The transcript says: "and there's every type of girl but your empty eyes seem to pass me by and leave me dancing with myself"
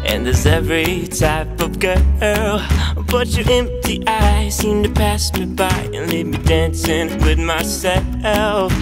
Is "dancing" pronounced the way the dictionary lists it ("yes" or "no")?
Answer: yes